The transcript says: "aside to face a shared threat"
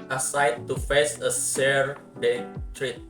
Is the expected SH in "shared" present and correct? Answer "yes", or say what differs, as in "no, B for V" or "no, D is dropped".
no, S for SH